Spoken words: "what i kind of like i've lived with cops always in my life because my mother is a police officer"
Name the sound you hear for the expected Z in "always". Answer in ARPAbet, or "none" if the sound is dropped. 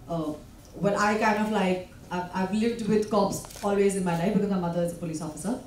Z